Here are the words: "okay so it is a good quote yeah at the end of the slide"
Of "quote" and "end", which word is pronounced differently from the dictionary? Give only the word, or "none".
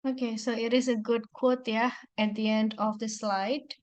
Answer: none